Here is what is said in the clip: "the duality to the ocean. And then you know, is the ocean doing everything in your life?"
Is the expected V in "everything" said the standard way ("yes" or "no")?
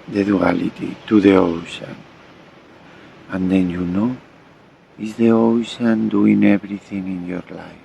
no